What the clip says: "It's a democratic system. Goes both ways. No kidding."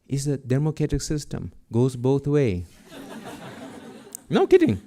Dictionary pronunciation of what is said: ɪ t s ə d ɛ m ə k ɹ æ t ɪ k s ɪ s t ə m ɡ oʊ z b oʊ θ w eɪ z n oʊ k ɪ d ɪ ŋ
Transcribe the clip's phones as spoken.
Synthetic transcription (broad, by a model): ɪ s ə d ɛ m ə k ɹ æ t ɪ k s ɪ s t ə m ɡ oʊ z b oʊ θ w eɪ n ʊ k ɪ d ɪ ŋ